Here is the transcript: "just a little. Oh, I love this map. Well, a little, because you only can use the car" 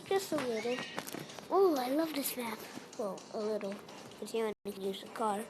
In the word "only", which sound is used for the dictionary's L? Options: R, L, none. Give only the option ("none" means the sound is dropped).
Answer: none